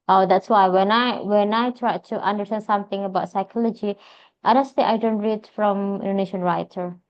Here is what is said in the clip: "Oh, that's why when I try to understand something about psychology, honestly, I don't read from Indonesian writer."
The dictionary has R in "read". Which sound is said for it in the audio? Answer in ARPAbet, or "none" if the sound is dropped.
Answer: R